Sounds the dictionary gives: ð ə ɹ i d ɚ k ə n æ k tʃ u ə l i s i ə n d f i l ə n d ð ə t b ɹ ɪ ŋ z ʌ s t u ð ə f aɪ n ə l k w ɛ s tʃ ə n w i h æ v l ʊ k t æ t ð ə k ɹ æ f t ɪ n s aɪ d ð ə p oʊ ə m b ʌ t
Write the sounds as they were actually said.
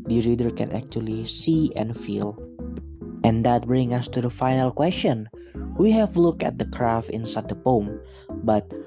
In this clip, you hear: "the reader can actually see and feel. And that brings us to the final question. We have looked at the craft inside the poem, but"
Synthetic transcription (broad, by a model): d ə ɹ i d ɚ k ə n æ k tʃ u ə l i s i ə n f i l ə n d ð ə t b ɹ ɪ ŋ ʌ s t u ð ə f aɪ n ə l k w ɛ s tʃ ə n w i h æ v l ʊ k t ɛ t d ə k ɹ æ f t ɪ n s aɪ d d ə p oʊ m b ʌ t